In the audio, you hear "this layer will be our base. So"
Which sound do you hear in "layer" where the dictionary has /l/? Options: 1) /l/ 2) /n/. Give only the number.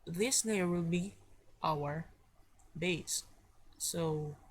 2